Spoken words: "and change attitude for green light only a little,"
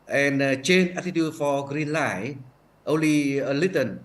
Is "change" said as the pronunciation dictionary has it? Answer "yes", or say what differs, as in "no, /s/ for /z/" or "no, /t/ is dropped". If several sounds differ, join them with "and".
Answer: no, /dʒ/ is dropped